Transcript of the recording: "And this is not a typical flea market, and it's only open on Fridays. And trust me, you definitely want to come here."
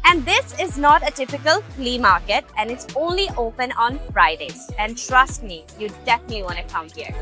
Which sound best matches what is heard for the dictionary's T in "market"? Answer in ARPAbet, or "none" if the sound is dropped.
T